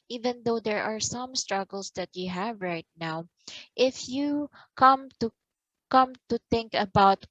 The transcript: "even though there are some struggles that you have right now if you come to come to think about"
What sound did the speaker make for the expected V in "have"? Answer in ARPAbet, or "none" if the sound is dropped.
V